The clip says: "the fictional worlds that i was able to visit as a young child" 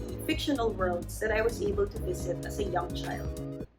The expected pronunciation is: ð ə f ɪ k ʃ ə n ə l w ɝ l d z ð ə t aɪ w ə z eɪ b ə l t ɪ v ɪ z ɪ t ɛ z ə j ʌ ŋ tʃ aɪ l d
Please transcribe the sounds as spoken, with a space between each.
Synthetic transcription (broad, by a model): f ɪ k ʃ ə n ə l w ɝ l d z ð ə t aɪ w ə z eɪ b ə l t ɪ v ɪ z ɪ t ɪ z ə j ʌ ŋ tʃ aɪ l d